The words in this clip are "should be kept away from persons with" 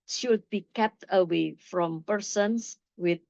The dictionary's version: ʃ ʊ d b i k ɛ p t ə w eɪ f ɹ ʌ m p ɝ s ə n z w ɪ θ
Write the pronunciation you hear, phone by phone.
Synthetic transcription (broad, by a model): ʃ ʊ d b i k ɛ p t ə w eɪ f ɹ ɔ m p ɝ s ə n s w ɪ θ